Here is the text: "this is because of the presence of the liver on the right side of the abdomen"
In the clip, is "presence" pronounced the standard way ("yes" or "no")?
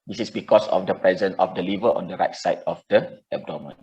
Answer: no